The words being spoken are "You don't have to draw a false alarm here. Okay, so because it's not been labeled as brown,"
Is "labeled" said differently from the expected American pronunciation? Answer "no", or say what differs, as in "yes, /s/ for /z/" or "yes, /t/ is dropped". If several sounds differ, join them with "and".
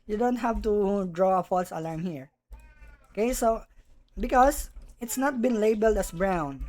no